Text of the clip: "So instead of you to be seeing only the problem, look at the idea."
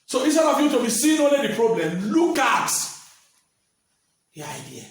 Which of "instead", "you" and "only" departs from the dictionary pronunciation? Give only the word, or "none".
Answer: instead